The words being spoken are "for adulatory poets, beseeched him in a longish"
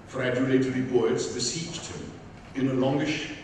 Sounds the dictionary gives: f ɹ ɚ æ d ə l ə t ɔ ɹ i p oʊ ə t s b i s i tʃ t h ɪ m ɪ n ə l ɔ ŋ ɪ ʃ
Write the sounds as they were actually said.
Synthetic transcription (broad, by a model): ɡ ɹ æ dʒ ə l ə t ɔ ɹ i b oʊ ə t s b i s i tʃ t h ɪ m ɪ n ə l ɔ ŋ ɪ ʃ